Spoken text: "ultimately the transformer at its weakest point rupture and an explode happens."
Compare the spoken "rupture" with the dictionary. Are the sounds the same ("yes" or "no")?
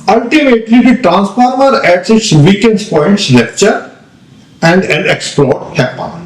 no